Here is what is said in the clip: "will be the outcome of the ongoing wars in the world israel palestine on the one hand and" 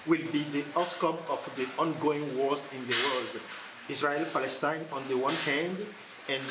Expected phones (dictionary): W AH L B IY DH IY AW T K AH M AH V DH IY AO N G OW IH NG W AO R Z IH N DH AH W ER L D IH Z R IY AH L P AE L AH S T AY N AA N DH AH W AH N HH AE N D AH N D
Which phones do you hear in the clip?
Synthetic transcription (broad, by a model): W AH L B IY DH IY AW T K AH M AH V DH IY AO N G OW IH NG W AO R Z IH N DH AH W ER L D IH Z R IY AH L P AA L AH S T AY N AA N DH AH W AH N HH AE N D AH N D